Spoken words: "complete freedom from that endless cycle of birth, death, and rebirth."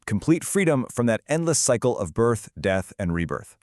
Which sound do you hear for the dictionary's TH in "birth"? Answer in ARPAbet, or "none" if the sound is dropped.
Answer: TH